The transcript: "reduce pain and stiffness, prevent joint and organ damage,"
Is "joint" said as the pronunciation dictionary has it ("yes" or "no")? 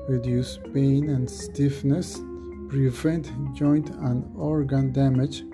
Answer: yes